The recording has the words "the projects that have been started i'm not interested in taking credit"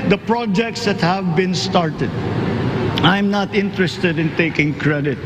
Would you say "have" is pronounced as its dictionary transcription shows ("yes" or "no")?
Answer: yes